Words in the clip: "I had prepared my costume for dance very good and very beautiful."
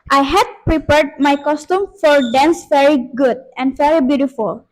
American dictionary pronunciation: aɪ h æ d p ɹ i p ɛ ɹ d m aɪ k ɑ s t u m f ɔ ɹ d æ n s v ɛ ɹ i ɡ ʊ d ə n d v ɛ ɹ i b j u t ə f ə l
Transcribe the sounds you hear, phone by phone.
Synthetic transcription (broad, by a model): aɪ h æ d p ɹ i p ɛ ɹ d m aɪ k ɑ s t u m f ɔ ɹ d æ n s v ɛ ɹ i ɡ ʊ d ə n d v ɛ ɹ i b j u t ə f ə l